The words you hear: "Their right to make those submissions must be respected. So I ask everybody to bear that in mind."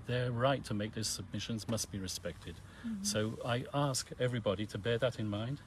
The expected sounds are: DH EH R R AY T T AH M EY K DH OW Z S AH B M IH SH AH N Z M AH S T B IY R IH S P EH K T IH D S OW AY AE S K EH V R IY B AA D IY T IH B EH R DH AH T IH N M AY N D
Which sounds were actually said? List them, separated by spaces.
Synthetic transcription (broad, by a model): DH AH R R AY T T AH M EY K DH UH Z S AH B M IH SH AH N Z M AH S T B IY R IH S P EH K T IH D S OW AY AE S K EH V R IY B AA D IY T IH B EH R DH AH T IH N M AY N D